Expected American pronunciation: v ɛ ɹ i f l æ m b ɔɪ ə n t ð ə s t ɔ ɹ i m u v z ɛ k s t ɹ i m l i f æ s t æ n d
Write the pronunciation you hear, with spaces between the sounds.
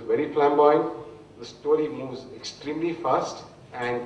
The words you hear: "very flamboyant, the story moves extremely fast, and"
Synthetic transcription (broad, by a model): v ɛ ɹ i p l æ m b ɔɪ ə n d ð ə s t ɔ ɹ i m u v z ɛ k s t ɹ i m l i f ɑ s t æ n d